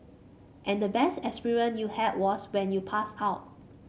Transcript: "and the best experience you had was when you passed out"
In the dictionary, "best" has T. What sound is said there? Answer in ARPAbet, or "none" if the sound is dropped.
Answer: T